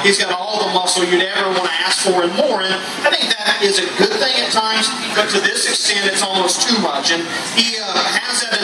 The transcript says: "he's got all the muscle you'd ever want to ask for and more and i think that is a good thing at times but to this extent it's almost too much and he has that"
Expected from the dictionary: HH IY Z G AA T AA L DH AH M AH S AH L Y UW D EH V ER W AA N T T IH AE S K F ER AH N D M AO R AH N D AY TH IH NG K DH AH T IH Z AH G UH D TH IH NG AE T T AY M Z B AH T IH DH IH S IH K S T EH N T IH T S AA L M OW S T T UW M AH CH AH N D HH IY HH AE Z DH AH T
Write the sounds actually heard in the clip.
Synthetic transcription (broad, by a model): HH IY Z G AA T AA L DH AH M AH S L Y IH D EH V ER W AA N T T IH AE S K F ER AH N M AO R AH N AY TH IH NG K DH AH T IH Z AH G UH D TH IH NG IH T T AY M Z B AH T IH DH IH S IH K S T EH N T IH T S AA L M OW S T T UW M AH CH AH N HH IY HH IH Z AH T